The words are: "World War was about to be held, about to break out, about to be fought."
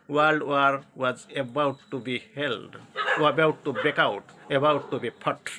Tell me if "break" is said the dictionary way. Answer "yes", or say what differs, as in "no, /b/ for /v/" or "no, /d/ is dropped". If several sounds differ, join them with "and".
no, /ɹ/ is dropped